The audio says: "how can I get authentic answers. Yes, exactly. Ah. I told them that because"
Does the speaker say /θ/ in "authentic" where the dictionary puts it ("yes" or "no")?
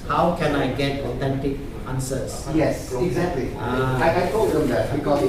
no